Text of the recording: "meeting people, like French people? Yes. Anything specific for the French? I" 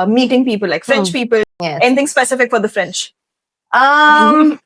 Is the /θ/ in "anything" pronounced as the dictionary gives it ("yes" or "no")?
no